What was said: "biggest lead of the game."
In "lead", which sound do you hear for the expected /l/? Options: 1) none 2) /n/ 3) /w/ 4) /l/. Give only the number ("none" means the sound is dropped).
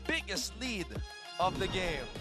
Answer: 4